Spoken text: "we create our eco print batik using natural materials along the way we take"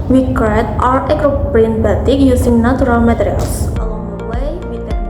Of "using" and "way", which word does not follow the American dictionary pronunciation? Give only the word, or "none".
using